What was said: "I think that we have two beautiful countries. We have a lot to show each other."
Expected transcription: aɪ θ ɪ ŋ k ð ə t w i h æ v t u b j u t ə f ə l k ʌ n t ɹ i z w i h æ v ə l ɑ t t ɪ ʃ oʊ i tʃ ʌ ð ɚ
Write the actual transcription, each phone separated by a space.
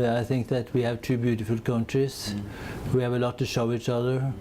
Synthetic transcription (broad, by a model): aɪ θ ɪ ŋ k ð ə t w i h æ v t u b j u t ə f ə l k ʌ n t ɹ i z w i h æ v ə l ɑ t t ɪ ʃ oʊ i tʃ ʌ ð ɚ